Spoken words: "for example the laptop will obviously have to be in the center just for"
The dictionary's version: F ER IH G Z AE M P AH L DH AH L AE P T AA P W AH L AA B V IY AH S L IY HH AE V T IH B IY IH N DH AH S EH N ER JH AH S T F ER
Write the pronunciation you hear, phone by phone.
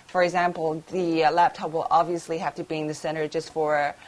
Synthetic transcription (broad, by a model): F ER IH G Z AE M P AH L DH AH L AE P T AA P W AH L AA B V IY AH S L IY HH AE F T IH B IY IH N DH AH S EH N ER JH AH S T F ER